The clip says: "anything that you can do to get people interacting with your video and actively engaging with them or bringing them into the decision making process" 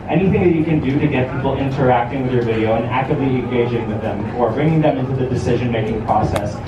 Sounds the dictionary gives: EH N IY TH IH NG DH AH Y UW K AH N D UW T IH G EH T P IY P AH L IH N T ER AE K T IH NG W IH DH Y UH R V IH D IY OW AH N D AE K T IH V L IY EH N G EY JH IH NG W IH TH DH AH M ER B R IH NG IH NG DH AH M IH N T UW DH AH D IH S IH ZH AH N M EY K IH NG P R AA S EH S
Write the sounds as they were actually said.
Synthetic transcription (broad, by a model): EH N IY TH IH NG DH AH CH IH K AH N D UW T IH G EH T P IY P L IH N T ER AE K T IH NG W IH DH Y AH R V IH D IY OW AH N AE K T IH V L IY EH N G EY JH IH NG W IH DH AH M ER B R IH NG IH NG DH AH M IH N T UW DH AH D IH S IH ZH AH N M EY K IH NG P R AA S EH S